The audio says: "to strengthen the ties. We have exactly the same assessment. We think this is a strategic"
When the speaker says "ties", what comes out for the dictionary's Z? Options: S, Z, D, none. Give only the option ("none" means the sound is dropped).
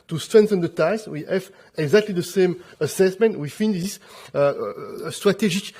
S